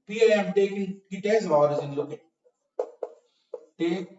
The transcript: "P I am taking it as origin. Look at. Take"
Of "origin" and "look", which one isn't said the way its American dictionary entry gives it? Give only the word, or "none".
origin